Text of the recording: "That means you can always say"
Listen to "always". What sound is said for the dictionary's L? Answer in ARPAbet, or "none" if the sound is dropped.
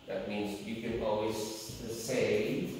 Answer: L